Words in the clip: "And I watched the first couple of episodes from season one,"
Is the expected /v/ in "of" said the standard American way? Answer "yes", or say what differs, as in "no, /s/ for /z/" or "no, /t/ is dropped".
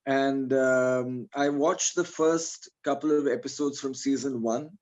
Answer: yes